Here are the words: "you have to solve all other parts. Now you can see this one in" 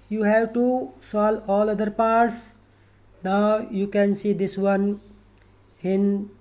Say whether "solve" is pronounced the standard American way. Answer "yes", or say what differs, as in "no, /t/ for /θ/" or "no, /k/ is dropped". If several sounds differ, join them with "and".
no, /v/ is dropped